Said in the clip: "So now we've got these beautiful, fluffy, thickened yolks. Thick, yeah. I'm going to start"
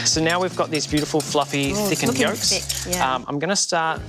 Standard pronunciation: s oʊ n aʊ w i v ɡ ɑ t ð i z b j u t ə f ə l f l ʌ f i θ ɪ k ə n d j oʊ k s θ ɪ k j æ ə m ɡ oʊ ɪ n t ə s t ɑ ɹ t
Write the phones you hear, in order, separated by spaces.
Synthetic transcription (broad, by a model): s oʊ n aʊ w i v ɡ ɑ t ð i z b j u t ə f ə l f l ʌ f i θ ɪ k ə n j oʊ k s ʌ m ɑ ə m ɡ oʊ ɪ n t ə s t ɑ ɹ t